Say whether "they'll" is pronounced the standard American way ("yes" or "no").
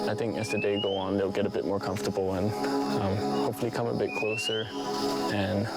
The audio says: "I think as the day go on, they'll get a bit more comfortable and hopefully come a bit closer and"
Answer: yes